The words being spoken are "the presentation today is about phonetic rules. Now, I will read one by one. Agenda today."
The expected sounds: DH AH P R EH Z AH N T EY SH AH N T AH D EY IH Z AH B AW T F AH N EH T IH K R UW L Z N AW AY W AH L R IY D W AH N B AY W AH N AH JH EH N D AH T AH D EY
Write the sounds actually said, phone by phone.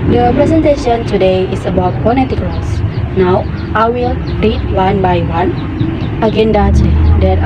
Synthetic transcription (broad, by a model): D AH P R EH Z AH N T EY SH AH N T AH D EY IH S AH B AW T P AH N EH T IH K L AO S N AW AY W AH L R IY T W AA N B AY W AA N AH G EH N D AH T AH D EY